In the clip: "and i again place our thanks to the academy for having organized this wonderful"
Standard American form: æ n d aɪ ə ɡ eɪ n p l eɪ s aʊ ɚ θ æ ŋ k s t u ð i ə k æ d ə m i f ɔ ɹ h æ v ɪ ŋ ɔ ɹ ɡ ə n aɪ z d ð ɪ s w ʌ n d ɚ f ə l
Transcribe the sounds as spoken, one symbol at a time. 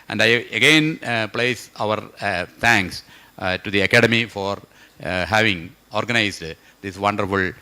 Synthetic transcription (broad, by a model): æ n d aɪ ə ɡ eɪ n p l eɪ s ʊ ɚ t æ ŋ k s t u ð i ə k æ d ə m i f ɔ ɹ h æ v ɪ ŋ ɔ ɹ ɡ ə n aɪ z d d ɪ s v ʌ n d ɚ f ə l